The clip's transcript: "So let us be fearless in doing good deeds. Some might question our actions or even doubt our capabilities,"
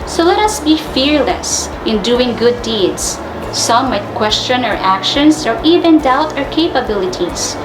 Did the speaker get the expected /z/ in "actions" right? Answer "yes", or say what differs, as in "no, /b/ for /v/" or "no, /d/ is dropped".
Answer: no, /s/ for /z/